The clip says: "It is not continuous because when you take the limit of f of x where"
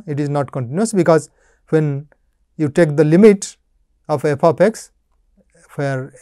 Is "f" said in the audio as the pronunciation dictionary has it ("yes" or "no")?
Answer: no